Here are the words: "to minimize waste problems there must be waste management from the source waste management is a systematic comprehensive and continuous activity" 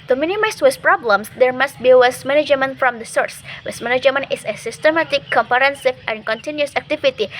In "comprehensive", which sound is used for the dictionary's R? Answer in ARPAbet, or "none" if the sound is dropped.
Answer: none